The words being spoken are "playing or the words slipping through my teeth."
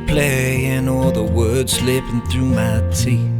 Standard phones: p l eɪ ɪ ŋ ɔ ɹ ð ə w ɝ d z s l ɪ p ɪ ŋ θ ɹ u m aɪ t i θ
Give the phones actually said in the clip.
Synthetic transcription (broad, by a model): p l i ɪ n ɔ l ð ə w ɝ d z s l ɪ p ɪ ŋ θ ɹ u m aɪ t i